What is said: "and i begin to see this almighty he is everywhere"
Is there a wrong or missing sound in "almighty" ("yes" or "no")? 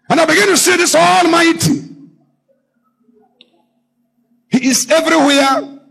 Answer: no